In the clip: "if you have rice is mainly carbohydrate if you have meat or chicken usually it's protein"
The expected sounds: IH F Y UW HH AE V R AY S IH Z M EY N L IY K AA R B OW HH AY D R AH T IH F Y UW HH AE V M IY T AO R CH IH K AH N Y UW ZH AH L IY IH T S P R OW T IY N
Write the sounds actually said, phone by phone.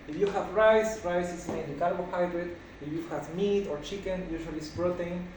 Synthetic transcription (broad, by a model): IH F Y UW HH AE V R AY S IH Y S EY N N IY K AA L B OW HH AY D R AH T IH F Y UW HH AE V M IY T AO R CH IH K AH N Y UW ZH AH L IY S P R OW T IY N